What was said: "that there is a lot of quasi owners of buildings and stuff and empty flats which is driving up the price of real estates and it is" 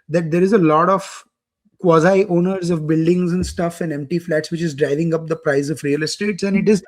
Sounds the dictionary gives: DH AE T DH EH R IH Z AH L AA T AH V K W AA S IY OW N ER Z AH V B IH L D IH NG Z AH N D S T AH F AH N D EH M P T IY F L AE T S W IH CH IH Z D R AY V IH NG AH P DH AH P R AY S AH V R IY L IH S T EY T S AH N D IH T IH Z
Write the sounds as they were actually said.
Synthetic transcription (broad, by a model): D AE T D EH R IH Z AH L AA T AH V K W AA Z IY OW N ER Z AH V B IH L D IH NG Z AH N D S T AH F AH N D EH M P T IY F L AE T S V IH CH IH Z D R AY V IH NG AH P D AH P R AY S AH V R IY L IH S T EY T S AH N D IH T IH Z